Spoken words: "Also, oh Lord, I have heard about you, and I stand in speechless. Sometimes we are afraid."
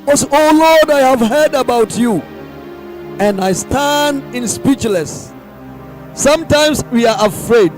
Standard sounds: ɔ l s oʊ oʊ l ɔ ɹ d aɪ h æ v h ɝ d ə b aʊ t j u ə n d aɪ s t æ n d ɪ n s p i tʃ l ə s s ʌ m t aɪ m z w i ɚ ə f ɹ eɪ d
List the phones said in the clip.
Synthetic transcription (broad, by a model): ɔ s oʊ oʊ l ɔ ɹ d aɪ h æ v h ɝ d ə b aʊ t j u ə n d aɪ s t æ n d ɪ n s p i tʃ l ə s s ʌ m t aɪ m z w i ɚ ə f ɹ eɪ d